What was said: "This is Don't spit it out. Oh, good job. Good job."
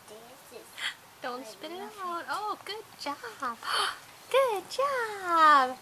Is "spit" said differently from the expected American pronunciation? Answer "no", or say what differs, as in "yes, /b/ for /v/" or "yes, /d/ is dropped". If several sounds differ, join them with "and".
no